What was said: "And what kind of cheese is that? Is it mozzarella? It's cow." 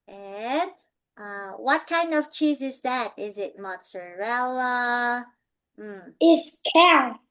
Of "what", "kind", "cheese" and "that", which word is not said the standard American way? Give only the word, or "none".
none